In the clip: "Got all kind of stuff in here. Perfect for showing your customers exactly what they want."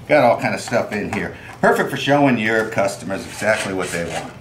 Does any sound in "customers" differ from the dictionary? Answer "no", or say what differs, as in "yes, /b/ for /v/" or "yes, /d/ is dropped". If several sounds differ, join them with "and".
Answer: no